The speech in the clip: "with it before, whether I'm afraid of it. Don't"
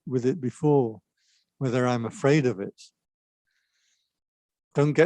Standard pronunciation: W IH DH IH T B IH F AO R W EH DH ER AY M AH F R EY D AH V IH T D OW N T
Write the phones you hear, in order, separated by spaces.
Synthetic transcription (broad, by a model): W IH DH IH T B IH F AO R W EH DH ER AY M AH F R EY D AH V IH T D OW N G